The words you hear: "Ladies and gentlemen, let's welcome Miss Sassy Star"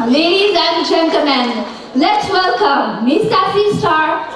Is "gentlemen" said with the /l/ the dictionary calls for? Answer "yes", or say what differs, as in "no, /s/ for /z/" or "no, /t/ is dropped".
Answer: no, /l/ is dropped